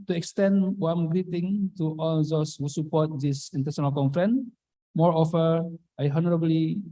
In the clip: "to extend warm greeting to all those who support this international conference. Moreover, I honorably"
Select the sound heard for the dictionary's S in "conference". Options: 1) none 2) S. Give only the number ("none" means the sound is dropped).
1